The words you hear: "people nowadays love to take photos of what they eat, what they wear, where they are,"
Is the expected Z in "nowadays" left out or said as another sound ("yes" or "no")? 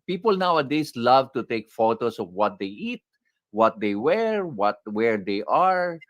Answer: yes